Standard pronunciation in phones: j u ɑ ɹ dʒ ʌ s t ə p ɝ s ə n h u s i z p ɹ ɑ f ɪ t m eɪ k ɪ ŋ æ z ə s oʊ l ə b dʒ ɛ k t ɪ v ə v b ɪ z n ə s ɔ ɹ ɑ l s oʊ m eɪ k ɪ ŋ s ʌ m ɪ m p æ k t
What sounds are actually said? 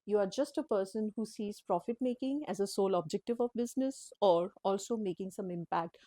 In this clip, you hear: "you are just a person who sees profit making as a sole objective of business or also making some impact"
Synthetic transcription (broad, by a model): j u ɑ ɹ dʒ ʌ s t ə p ɝ s ə n h u s i z p ɹ ɑ f ɪ t m eɪ k ɪ ŋ æ z ə s oʊ l ə b dʒ ɛ k t ɪ v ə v b ɪ z n ə s ɔ ɹ ɑ l s oʊ m eɪ k ɪ ŋ s ʌ m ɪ m p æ k t